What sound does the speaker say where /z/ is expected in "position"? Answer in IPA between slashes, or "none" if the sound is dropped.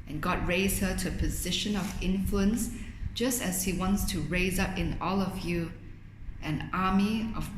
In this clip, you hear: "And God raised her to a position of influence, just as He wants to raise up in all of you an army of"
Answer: /z/